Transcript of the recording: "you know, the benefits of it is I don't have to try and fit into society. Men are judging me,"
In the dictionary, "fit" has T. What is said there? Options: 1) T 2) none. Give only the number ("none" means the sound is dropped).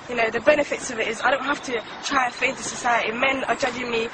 2